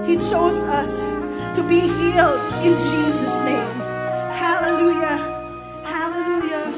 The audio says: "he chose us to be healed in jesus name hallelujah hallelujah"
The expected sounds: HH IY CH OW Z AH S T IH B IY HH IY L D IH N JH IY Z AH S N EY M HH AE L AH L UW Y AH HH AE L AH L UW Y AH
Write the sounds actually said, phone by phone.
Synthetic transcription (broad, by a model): HH IY CH OW Z AH S T IH B IY HH IY L D IH N JH IY Z AH S N EY M HH AE L AH L UW Y AH HH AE L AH L UW Y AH